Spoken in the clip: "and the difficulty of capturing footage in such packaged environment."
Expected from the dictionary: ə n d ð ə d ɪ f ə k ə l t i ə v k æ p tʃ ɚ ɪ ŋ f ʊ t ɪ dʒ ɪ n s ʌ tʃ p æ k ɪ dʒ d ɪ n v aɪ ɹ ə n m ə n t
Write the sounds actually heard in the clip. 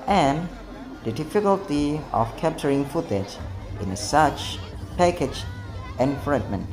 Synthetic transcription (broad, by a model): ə n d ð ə d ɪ f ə k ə l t i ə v k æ p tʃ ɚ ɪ ŋ f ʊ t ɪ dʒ ɪ n s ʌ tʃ p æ k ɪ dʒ ɪ n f ɹ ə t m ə n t